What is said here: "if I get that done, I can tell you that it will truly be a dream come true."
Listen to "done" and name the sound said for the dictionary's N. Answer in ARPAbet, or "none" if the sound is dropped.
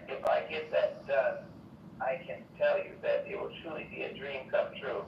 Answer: none